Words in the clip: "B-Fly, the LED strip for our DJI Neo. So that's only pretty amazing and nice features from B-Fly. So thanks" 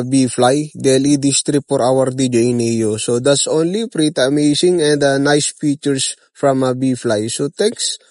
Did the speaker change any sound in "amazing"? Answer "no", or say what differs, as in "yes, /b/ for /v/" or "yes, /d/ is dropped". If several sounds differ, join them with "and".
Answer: yes, /s/ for /z/